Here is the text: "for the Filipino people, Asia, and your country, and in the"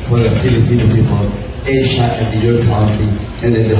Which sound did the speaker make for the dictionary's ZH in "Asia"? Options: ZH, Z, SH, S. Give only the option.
SH